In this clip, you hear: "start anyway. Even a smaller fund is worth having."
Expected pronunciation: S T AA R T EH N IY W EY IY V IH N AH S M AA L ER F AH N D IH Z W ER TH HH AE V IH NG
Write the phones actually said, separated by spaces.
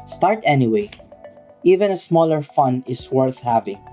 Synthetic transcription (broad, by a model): S T AA R T EH N IY W EY IY V IH N AH S M AA L ER F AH N IH S W ER TH HH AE V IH NG